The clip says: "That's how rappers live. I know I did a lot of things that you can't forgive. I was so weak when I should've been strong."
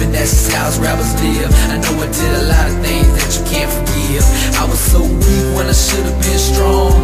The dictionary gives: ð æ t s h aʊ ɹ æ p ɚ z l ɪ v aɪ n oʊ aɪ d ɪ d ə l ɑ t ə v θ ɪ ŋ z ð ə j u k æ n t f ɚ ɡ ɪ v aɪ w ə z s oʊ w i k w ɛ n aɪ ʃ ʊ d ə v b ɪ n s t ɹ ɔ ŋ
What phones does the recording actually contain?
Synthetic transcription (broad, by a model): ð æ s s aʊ ɹ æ b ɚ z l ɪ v aɪ n oʊ aɪ d ɪ d ə l ɑ t ə v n ɪ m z ð ə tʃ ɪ k æ n t f ɚ ɡ ɪ v aɪ w ə z s oʊ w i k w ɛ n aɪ ʃ ʊ d ə v b ɪ n s t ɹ ɔ ŋ